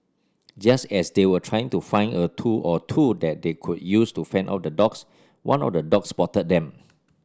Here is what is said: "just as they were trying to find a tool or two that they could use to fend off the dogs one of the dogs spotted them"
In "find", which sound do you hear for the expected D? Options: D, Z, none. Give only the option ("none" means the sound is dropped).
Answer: none